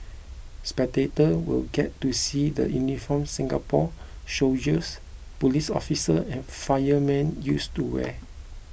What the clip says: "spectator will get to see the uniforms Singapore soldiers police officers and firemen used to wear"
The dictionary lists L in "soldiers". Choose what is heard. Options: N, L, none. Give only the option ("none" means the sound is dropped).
none